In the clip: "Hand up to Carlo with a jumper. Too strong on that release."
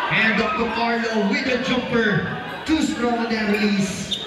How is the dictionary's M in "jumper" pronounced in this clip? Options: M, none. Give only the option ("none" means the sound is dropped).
none